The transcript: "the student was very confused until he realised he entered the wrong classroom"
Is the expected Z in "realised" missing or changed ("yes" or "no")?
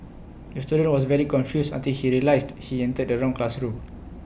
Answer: yes